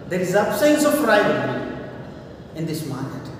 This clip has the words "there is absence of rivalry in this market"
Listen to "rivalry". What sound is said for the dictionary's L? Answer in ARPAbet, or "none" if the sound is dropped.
none